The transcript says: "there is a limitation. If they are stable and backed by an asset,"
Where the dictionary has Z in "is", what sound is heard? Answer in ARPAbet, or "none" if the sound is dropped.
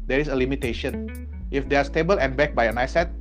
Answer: S